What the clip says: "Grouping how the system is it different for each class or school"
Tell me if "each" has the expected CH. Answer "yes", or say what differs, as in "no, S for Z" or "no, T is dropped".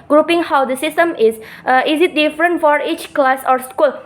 yes